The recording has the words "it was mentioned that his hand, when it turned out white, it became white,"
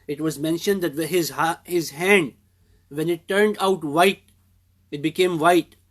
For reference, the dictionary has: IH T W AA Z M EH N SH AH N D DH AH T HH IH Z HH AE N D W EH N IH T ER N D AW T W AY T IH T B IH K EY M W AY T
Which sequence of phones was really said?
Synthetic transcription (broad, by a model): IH T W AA Z M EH N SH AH N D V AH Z HH IH Z HH AE N D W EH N IH T ER N D AW T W AY T IH T B IH K EY M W AY T